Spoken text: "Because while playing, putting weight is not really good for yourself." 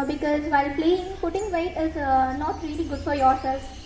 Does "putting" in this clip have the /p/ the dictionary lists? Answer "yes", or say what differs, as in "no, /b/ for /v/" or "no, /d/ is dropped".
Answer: no, /f/ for /p/